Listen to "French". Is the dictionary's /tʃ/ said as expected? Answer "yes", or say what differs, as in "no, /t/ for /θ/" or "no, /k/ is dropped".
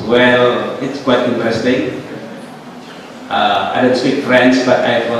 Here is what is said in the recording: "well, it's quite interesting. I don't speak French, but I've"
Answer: no, /s/ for /tʃ/